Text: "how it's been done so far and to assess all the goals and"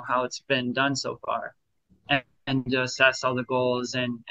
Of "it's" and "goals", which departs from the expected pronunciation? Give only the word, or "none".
none